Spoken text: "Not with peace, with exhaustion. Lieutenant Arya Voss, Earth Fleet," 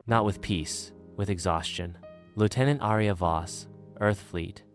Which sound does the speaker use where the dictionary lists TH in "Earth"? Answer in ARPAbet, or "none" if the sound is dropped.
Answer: TH